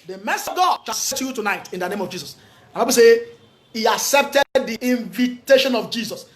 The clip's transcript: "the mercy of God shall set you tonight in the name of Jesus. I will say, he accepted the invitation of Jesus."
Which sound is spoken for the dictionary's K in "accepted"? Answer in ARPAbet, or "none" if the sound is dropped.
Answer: K